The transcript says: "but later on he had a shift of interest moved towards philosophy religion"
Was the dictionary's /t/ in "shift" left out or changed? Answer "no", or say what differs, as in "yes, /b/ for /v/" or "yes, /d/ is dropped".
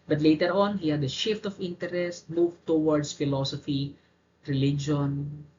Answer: no